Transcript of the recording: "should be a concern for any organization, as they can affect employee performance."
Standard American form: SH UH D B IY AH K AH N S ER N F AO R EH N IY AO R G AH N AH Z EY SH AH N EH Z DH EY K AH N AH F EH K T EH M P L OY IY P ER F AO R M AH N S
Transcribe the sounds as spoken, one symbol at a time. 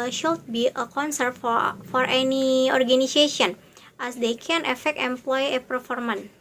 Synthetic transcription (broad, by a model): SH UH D B IY AH K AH N S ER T F AO R EH N IY AO R G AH N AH S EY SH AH N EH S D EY K AH N AH F EH K T EH M P L OY IY P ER F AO R M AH N